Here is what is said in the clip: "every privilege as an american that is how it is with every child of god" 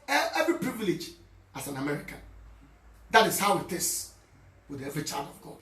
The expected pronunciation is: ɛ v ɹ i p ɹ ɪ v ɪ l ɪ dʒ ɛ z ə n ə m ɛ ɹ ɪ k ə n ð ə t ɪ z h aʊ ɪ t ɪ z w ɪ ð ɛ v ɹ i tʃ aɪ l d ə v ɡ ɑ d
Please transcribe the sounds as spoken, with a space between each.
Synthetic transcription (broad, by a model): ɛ v ɹ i p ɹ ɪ v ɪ l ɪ dʒ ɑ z ə n ə m ɛ ɹ ɪ k ə n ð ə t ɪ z h aʊ ɪ t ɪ s w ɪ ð ɛ v ɹ i tʃ aɪ l d ə v ɡ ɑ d